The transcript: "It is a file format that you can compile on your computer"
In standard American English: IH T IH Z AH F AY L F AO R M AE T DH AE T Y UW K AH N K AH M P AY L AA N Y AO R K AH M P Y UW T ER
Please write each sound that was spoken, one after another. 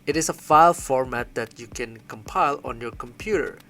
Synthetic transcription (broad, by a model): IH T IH S AH F AY L F AO R M AE T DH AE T Y UW K AH N K AH M P AY L AA N Y AO R K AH M P Y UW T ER